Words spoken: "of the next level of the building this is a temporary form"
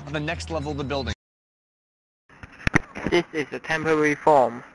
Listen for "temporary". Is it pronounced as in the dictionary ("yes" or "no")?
yes